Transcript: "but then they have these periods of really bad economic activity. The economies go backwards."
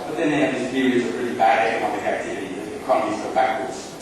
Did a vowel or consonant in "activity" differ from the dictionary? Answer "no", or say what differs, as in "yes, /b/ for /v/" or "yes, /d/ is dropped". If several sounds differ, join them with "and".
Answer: no